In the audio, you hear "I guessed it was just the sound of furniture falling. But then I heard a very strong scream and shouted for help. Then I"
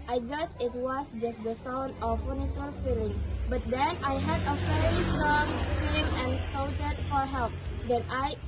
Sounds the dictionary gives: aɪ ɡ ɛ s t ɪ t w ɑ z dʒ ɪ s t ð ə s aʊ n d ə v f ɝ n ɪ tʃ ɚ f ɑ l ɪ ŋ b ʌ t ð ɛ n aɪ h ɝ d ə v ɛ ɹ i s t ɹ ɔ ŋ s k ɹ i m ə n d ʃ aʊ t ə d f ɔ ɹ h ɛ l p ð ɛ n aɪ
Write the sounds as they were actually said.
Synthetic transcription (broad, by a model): aɪ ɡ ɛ s ɪ t w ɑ s dʒ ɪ s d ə s aʊ n d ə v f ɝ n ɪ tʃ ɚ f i l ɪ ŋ b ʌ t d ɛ n aɪ h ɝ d ə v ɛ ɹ i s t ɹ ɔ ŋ s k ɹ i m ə n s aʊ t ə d f ɔ ɹ h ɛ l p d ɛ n aɪ